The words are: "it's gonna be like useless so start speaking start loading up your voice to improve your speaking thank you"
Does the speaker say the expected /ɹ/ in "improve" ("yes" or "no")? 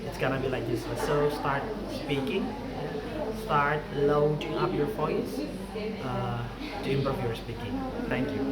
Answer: no